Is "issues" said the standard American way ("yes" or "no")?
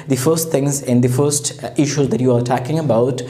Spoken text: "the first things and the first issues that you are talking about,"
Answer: yes